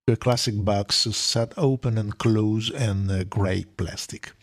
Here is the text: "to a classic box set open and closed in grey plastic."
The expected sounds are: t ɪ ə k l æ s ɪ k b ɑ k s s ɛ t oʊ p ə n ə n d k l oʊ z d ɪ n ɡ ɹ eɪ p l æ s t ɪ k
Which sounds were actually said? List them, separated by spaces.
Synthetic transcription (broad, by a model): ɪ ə k l æ s ɪ k b ɑ k s s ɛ t oʊ p ə n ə n k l oʊ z ɪ n ɡ ɹ eɪ p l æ s t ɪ k